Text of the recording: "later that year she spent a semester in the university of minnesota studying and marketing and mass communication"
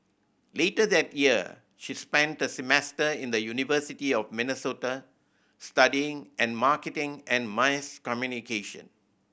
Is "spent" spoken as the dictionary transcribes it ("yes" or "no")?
yes